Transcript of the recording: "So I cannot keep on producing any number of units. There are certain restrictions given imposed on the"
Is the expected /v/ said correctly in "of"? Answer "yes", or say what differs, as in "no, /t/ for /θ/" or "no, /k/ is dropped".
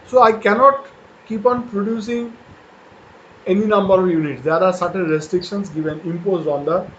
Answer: yes